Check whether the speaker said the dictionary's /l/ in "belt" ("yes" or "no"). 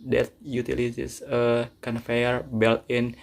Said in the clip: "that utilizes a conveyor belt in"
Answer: yes